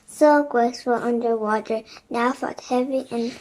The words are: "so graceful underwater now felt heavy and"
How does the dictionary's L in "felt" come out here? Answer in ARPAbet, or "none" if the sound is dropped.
none